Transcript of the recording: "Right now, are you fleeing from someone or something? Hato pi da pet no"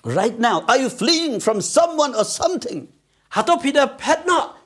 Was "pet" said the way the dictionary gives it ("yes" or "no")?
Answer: yes